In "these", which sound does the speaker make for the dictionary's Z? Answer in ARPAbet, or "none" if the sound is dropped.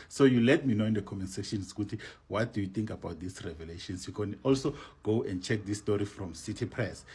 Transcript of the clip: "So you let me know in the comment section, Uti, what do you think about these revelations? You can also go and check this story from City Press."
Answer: S